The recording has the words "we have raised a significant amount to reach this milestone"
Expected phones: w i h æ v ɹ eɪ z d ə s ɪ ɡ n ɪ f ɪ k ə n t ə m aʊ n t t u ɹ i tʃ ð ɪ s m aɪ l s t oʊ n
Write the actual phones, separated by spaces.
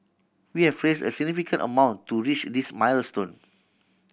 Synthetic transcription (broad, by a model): w i h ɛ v ɹ eɪ s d ə s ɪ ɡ n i f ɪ k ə n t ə m aʊ n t t u ɹ i tʃ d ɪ s m aɪ l s t oʊ n